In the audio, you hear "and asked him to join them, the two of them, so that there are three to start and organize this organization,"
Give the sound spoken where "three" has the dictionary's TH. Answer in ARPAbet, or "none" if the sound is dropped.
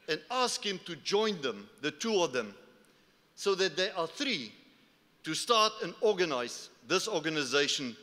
TH